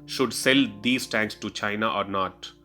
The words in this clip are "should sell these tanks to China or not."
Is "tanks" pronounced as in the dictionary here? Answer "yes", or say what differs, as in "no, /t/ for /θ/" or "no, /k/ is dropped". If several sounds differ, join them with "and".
yes